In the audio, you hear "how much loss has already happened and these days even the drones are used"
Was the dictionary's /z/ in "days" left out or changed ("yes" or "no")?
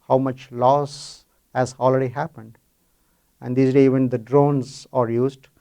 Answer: yes